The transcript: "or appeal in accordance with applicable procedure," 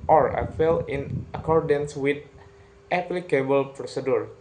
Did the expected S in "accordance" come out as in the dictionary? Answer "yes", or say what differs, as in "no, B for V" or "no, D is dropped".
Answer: yes